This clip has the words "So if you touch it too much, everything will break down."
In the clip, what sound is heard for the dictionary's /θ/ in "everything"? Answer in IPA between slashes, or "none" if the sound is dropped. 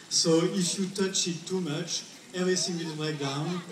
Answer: /s/